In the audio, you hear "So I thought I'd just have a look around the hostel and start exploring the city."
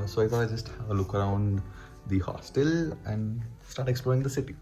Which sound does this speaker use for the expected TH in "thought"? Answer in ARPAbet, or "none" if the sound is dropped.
F